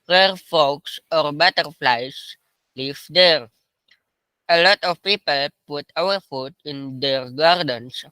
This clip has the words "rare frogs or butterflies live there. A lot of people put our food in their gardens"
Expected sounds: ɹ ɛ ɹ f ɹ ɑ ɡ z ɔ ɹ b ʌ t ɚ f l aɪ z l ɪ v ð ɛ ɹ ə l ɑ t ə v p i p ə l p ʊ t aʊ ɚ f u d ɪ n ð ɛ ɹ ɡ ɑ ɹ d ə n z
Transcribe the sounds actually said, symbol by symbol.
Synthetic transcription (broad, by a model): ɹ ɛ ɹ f ɑ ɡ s ɔ ɹ b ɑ t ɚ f l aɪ s l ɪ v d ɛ ɹ ə l ɑ t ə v p i p ə l p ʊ t aʊ ɚ f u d ɪ n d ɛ ɹ ɡ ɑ ɹ d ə n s